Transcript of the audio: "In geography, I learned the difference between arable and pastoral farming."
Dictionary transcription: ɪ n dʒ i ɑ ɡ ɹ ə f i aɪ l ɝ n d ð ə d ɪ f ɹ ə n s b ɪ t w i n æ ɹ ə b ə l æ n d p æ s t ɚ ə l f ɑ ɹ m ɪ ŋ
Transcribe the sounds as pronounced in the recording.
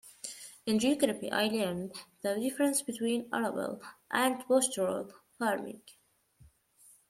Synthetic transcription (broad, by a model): ɪ n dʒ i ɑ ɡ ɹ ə p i aɪ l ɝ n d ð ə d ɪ f ɹ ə n s b ɪ t w i n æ ɹ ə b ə l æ n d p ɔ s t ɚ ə l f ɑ ɹ m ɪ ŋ